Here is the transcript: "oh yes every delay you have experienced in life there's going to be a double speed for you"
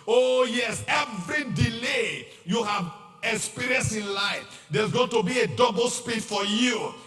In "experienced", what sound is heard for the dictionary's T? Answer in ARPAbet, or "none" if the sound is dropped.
none